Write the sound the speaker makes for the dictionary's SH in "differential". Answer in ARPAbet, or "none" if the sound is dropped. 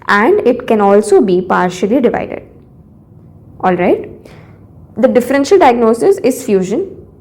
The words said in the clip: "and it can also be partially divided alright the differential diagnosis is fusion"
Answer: SH